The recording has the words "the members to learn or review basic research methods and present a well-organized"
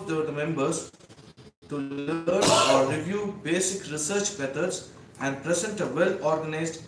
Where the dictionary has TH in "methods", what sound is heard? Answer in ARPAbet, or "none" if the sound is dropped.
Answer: T